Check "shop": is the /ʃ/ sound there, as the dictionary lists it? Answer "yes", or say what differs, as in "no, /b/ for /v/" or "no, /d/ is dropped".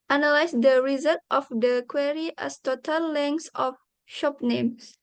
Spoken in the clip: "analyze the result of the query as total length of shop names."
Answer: yes